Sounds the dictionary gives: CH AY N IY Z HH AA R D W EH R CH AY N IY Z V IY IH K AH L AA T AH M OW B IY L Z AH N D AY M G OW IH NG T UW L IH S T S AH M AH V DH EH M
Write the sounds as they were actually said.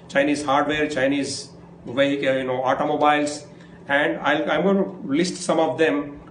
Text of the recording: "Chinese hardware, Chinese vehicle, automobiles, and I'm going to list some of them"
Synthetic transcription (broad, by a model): CH AY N IY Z HH AA R D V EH R CH AY N IY Z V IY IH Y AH N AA T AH M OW B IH L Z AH N D AY M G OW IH T UW L IH S T S AH M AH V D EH M